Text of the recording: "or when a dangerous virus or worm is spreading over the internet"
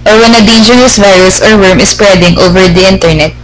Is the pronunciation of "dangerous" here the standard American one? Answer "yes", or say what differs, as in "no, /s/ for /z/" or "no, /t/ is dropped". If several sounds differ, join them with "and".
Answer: no, /n/ is dropped